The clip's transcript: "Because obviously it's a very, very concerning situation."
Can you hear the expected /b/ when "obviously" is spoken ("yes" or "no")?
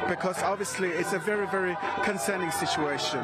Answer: yes